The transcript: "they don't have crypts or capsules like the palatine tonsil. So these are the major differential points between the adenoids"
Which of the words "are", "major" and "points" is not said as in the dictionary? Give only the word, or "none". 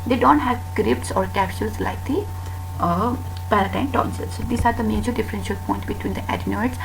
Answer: points